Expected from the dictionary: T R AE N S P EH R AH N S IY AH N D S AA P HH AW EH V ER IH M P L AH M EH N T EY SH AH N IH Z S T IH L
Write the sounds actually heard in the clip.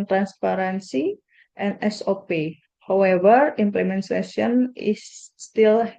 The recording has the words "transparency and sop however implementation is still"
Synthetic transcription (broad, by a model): T R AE N S P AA R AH N S IY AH N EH S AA P HH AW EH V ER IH M P L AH M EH N S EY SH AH N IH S T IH L